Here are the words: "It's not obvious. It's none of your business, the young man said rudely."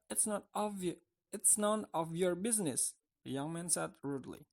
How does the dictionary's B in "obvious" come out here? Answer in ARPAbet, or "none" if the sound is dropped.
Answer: none